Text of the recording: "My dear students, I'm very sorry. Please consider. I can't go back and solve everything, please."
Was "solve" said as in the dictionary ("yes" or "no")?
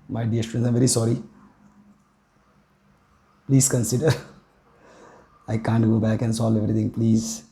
no